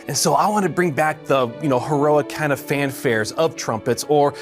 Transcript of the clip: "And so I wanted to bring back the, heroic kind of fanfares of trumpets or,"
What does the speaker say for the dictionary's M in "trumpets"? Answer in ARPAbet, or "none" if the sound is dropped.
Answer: M